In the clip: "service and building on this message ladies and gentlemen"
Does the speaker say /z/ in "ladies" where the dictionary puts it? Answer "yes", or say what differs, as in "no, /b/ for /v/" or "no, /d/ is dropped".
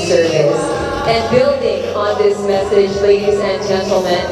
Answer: yes